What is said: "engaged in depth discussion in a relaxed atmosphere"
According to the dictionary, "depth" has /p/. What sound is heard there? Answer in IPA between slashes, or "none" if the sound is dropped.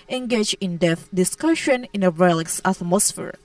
none